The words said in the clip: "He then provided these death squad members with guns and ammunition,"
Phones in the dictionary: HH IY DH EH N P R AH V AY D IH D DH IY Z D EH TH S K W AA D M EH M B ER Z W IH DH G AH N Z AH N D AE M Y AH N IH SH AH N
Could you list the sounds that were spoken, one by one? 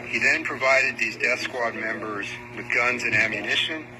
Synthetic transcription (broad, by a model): HH IY DH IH N P R AH V AY D IH D DH IY Z D EH TH S K W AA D M EH M B ER Z W IH DH G AH N Z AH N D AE M Y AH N IH SH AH N